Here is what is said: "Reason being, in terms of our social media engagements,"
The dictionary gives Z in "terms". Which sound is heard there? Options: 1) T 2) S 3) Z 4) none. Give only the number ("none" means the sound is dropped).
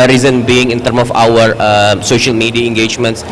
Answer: 4